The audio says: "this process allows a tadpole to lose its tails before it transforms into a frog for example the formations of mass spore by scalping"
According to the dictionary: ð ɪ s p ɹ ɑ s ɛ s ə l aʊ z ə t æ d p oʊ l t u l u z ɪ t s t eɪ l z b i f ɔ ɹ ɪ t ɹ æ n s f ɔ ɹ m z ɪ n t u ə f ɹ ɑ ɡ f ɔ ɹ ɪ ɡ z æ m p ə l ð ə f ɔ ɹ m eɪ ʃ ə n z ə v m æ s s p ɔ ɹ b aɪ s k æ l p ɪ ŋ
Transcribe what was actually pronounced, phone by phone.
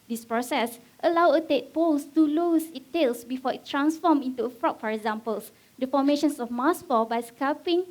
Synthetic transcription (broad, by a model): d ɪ s p ɹ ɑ s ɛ s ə l aʊ ə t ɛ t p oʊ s t u l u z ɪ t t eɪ l s b i f ɔ ɪ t ɹ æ n s f ɔ m ɪ n t u ə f ɹ ɑ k f ɔ ɹ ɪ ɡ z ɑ m p ə l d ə f ɔ m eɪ ʃ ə n s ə f m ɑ s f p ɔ b aɪ s k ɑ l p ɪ ŋ